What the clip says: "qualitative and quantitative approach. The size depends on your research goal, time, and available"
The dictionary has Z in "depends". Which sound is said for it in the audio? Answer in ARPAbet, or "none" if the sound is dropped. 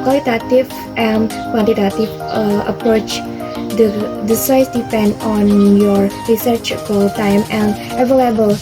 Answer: none